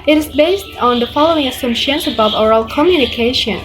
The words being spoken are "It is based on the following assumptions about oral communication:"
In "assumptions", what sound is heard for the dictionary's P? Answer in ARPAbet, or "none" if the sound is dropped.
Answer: none